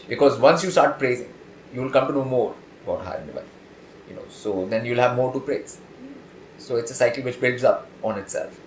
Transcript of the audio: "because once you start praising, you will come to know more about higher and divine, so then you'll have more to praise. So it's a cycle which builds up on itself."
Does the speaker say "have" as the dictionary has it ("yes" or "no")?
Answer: yes